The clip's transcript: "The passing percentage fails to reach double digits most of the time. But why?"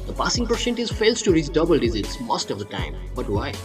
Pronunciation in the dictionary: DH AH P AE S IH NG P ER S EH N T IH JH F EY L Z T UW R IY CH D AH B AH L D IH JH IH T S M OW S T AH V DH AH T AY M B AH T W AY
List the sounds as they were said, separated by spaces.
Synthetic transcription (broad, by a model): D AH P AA S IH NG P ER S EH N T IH Z F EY L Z T UW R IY S D AH B AH L D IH Z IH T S M OW S T AH V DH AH T AY M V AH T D AY